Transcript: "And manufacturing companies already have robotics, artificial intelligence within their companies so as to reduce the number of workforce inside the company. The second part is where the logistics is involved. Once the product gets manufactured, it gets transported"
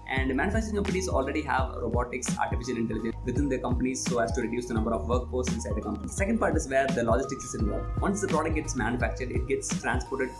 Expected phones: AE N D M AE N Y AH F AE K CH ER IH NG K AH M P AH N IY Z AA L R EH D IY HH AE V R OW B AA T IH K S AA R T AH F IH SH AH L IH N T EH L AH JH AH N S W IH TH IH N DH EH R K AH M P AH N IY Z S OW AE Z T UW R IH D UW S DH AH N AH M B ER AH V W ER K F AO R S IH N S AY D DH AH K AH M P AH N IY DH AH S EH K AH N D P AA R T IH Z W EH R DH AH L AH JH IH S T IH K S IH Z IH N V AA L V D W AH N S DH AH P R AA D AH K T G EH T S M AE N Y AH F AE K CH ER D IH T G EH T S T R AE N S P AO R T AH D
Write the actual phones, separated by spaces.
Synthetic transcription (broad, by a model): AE N D M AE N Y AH F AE K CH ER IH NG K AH M P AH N IY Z AA L R EH D IY HH AE V R OW B AA T IH K S AA R T AH F IH SH AH L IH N T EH L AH JH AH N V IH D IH N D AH K AH M P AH N IY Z S OW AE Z T UW R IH D UW S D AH N AH M B ER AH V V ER K P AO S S IH N S AY D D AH K AH M P AH N IY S S EH K AH N D P AA R T IH Z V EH R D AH L AH JH IH S T IH K S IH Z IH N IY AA V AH N S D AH P R AA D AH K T G EH T S M AE N Y AH F AE K CH ER D IH T G EH T S T R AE N S P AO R T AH D